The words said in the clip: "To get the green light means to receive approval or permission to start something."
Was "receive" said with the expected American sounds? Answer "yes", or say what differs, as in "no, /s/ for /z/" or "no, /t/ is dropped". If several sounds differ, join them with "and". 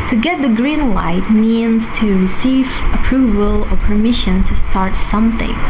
yes